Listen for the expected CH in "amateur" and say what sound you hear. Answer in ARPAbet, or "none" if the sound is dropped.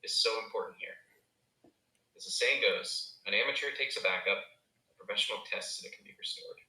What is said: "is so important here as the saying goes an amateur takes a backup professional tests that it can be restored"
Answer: CH